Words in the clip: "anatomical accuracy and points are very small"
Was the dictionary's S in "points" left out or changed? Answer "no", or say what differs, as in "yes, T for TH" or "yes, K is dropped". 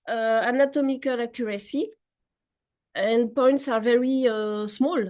no